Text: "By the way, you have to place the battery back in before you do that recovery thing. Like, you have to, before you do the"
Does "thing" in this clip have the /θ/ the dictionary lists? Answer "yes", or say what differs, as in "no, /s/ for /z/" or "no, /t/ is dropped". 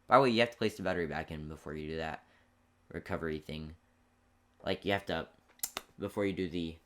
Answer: yes